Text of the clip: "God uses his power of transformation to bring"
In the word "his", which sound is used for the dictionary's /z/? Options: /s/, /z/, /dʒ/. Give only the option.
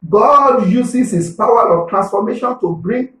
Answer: /s/